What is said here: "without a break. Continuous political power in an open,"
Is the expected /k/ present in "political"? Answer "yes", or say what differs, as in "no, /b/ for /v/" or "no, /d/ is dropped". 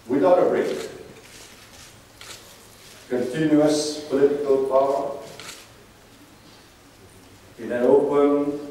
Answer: yes